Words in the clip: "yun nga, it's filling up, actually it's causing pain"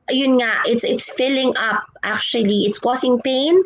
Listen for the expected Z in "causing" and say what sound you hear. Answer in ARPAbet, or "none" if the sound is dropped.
S